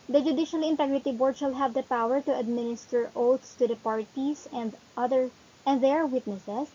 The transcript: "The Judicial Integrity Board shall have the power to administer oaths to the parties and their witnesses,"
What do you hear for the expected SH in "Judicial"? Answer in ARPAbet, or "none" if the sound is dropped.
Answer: SH